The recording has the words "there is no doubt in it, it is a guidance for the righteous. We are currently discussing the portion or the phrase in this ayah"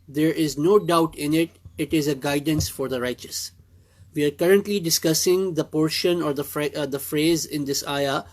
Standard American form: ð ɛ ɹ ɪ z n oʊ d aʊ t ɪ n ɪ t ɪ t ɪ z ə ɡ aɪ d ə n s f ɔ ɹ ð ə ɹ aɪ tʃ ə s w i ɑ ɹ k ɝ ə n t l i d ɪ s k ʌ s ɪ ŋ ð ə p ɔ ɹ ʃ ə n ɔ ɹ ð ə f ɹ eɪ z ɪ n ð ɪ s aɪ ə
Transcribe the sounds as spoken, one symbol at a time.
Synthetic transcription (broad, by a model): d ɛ ɹ ɪ z n oʊ d aʊ t ɪ n ɪ t ɪ t ɪ z ə ɡ aɪ d ə n s f ɔ ɹ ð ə ɹ aɪ tʃ ə s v i ɑ ɹ k ɝ ə n t l i d ɪ s k ʌ s ɪ ŋ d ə p ɔ ɹ ʃ ə n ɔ ɹ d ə f ɹ eɪ z ɪ n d ɪ s aɪ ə